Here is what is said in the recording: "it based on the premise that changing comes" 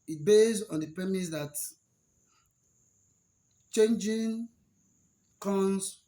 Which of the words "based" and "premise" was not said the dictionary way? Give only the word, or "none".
based